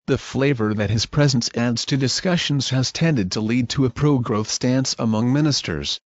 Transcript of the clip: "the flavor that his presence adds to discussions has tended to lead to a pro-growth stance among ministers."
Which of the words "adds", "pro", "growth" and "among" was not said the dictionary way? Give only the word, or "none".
none